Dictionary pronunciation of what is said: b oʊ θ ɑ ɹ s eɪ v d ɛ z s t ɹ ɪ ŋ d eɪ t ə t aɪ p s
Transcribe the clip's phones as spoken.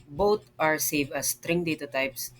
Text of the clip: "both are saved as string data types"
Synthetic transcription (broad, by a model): b oʊ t ɑ ɹ s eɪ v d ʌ s t ɹ ɪ ŋ d eɪ t ə t aɪ p s